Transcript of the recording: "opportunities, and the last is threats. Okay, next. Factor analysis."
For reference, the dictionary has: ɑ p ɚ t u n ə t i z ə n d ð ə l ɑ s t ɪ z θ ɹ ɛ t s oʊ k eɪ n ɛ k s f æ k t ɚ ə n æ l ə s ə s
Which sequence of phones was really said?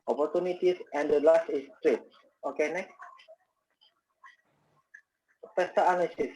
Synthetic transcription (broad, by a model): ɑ p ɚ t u n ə t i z ə n d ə l ɑ s t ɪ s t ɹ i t oʊ k eɪ n ɛ k s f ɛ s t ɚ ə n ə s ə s